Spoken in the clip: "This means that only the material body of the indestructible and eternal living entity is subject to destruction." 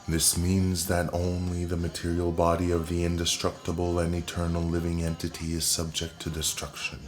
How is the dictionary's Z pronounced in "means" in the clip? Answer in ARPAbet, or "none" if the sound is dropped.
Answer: Z